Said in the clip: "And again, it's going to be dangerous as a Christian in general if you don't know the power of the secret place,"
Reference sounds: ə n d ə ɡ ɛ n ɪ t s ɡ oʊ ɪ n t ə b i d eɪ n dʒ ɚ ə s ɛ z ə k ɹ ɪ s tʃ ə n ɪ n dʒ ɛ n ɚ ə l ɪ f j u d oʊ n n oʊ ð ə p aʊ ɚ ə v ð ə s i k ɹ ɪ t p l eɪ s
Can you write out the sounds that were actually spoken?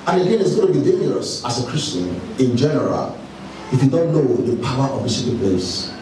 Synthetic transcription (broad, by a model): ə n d ə ɡ ɛ n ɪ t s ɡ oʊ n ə b i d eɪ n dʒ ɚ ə s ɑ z ə k ɹ ɪ s tʃ ə n ɪ n dʒ ɛ n ɚ ə l ɪ f j u d oʊ n n oʊ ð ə p aʊ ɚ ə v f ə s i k ɪ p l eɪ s